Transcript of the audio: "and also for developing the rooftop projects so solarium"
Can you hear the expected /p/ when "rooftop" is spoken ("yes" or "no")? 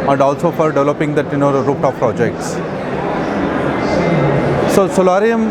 no